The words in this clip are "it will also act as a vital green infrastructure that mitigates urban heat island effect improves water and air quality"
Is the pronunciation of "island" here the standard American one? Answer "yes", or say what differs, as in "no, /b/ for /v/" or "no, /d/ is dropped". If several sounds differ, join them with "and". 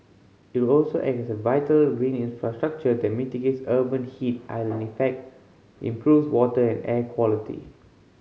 no, /d/ is dropped